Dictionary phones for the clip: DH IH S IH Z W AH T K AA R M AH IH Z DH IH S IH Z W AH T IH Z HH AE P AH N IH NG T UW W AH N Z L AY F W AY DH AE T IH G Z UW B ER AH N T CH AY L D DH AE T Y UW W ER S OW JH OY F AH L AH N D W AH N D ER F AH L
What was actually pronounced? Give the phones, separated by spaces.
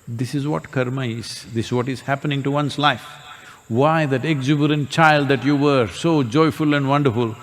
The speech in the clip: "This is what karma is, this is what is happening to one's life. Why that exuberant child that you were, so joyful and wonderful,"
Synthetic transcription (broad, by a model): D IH S IH Z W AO T K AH R M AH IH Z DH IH S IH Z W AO T IH Z HH AE P AH N IH NG T UW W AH N S L AY F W AY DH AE T IH G Z UW B ER AH N T CH AY L D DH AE T Y UW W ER S OW JH OY F AH L AH N D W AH N D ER F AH L